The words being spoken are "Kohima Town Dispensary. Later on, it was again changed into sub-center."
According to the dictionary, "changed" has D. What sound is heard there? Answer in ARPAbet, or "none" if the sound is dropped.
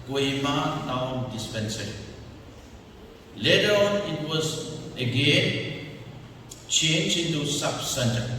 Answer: none